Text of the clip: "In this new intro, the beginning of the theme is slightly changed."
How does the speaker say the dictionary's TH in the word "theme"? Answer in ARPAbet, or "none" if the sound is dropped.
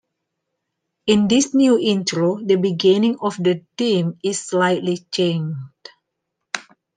T